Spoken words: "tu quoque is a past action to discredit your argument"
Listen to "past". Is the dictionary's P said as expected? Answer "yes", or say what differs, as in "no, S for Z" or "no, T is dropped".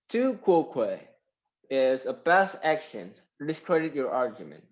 no, B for P